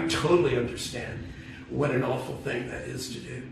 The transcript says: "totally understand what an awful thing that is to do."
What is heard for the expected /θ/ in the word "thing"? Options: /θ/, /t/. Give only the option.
/θ/